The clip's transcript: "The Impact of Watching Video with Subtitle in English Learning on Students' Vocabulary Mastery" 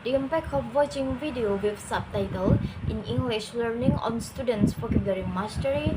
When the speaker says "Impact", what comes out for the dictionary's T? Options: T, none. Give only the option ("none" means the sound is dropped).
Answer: none